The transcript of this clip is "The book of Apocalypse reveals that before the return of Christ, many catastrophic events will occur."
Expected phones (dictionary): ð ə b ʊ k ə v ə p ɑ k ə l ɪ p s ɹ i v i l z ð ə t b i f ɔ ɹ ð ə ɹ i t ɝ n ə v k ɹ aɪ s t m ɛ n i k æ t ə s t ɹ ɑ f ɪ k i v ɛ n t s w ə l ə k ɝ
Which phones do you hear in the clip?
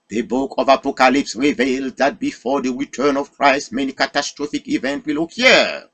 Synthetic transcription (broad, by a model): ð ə b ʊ k ə v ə p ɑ k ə l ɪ p s ɹ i v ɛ l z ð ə t b i f ɔ ɹ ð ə ɹ i t ɝ n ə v k ɹ aɪ s t m ɛ n i k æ t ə s t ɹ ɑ f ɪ k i v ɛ n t w ə l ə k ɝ